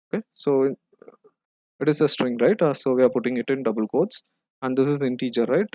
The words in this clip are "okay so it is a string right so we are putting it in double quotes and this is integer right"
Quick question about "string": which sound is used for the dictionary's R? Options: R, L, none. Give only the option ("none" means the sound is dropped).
R